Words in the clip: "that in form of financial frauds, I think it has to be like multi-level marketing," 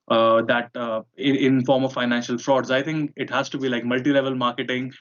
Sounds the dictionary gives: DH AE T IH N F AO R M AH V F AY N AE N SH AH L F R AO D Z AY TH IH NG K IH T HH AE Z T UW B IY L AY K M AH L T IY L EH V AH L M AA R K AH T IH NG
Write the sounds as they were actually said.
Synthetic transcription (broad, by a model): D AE T IH N F AO R M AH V F AY N AE N SH AH L F R AO D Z AY T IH NG K IH T HH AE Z T UW B IY L AY K M AH L T IY L EH V AH L M AA R K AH T IH NG